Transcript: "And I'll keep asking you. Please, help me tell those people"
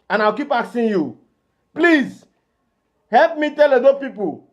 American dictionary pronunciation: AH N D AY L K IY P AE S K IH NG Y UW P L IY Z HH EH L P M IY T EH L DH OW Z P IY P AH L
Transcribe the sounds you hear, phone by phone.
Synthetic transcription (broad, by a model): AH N AY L K IY P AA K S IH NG Y UW P L IY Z HH EH L P M IY T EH L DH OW P IY P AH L